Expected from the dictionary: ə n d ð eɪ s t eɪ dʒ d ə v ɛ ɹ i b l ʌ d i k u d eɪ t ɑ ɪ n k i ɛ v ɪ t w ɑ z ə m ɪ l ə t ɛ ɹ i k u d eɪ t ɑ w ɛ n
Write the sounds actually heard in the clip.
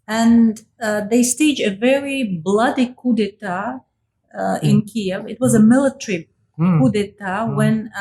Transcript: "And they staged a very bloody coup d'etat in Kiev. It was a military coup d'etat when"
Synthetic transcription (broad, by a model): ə n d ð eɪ s t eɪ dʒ ə v ɛ ɹ i b l ʌ d i k u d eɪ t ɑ ɪ n k i ɛ v ɪ t w ɑ z ə m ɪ l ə t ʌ ɹ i k u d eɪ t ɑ w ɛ n